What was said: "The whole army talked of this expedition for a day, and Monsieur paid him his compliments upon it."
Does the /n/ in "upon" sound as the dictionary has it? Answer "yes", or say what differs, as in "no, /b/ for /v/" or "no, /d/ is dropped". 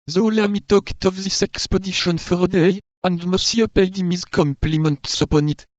yes